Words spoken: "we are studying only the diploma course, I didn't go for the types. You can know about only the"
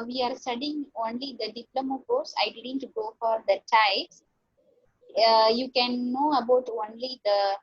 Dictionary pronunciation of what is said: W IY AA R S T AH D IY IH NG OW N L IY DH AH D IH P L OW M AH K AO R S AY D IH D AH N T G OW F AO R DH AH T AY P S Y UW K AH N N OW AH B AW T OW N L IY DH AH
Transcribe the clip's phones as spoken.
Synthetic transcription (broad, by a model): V IY AA R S T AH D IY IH NG OW N L IY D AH D IH P L OW M AH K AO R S AY D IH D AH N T G OW F AO R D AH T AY S Y UW K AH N N OW AH B AW T OW N L IY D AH